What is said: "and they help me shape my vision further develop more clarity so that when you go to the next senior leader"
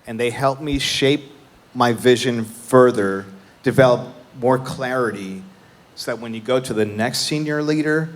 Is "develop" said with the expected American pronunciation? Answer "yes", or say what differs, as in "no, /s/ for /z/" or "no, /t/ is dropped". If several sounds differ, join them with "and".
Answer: yes